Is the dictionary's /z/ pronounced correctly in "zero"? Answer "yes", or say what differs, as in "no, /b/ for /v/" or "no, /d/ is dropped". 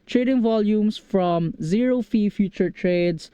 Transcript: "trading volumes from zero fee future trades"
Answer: yes